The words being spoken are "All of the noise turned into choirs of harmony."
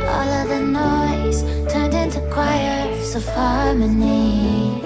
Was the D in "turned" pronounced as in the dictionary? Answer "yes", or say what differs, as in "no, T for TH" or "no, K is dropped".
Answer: yes